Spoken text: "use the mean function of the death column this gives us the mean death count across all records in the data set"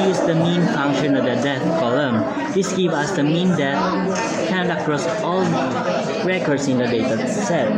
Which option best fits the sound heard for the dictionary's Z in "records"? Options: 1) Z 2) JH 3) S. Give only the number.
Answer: 3